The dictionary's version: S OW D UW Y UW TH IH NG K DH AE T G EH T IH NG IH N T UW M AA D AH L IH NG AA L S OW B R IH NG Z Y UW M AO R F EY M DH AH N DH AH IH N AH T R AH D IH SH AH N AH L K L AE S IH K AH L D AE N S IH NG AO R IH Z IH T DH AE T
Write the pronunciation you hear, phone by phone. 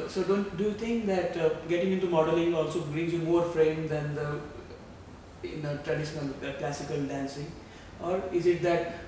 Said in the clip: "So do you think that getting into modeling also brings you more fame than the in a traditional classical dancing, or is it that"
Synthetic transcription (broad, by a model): S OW D UW Y UW T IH NG K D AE T G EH T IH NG IH N T UW M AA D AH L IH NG AA L S OW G R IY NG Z Y UW M AO R F EY M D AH N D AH IH N AH T R AH D IH SH AH N AH L K L AE S IH K AH L D AE N S IH NG AO R IH Z IH T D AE T